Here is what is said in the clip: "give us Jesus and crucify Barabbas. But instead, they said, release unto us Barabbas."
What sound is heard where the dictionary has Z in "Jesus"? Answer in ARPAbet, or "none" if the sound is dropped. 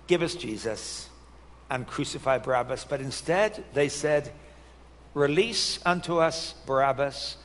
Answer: Z